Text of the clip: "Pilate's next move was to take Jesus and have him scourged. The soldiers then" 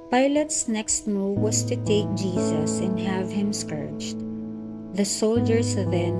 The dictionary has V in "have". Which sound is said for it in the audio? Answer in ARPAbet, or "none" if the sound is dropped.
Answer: V